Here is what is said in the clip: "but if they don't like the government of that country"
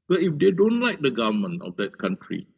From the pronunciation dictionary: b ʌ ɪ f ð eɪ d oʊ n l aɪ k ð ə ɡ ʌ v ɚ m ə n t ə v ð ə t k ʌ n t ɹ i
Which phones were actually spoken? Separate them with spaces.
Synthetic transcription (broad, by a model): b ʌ ɪ f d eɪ d oʊ n l aɪ k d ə ɡ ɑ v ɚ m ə n ə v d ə t k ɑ n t ɹ i